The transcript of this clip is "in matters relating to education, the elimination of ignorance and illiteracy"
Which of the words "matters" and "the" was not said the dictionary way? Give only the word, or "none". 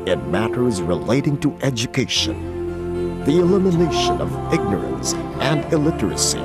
none